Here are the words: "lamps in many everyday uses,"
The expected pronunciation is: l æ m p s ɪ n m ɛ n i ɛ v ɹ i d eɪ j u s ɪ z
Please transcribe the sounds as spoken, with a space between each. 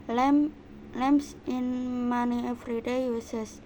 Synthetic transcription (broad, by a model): l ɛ m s ɪ n m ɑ n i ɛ f ɹ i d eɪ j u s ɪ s